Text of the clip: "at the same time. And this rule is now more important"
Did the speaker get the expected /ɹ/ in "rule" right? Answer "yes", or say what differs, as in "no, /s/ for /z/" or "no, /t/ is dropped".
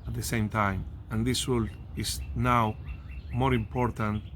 no, /w/ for /ɹ/